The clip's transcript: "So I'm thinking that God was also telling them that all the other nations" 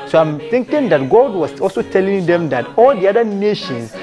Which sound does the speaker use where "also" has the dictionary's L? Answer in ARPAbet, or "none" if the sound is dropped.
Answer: L